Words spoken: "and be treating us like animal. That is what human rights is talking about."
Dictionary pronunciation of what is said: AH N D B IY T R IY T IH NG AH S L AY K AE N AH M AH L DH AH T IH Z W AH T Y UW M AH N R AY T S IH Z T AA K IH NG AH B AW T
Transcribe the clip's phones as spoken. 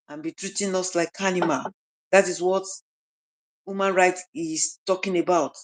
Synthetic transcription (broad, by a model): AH N B IY T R IY T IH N AH S L AY K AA N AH M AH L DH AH T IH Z W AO T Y UW M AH N R AY T IH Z T AA K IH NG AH B AW T